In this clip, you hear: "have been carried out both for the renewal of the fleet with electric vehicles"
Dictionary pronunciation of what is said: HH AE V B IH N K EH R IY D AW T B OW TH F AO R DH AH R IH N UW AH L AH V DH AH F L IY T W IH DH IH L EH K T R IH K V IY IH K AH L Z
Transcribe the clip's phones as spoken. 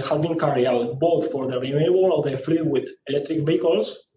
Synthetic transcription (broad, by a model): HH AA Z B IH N K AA R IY AW T B OW TH F AO R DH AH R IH L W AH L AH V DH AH F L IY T W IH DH IH L EH K T R IH K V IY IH K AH L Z